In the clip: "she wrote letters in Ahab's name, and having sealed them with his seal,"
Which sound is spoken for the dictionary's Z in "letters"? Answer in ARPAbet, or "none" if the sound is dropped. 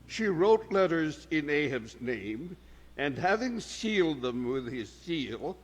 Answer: Z